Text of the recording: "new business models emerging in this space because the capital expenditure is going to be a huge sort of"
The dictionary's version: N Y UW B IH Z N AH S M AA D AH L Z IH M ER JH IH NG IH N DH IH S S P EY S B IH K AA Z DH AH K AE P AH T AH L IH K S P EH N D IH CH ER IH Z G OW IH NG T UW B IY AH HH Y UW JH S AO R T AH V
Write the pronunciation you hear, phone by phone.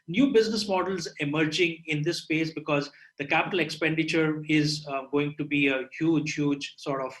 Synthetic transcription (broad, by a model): N Y UW B IH Z N AH S M AA D AH L Z IH M ER JH IH NG IH N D IH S S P EY S B IH K AA Z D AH K AE P AH T AH L IH K S P EH N D IH CH ER IH Z G OW IH NG T UW B IY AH HH Y UW JH S AO R T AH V